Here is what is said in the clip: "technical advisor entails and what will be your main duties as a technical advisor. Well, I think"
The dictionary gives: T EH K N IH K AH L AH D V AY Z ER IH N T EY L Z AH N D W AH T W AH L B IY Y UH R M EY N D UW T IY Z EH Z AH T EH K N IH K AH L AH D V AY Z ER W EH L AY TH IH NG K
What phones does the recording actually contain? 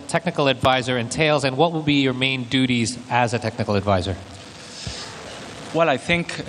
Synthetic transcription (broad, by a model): T EH K N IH K L AH D V AY Z ER IH N T EY L Z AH N W AH T W AH L B IY Y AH R M EY N D UW T IY Z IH Z AH T EH K N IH K L AH D V AY Z ER W EH L AY TH IH NG K